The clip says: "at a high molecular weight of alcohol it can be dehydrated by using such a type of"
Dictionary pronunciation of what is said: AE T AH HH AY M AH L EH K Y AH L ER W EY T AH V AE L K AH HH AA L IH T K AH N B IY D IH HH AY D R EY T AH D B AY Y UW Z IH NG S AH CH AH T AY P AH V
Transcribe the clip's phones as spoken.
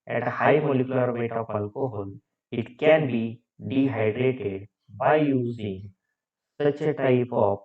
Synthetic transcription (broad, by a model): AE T AH HH AY M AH L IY K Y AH L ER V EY T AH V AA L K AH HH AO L IH T K AH N B IY D IH HH AY D R EY T AH D B AY Y UW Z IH NG S AH CH AH T AY P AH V